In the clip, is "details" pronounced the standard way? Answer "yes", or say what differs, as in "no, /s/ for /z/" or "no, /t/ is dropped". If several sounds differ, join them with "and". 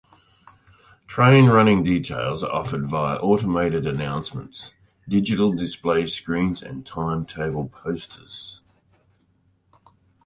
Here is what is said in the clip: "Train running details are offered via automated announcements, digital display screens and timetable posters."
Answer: yes